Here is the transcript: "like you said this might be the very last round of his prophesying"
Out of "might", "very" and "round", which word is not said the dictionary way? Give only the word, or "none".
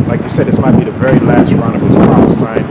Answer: round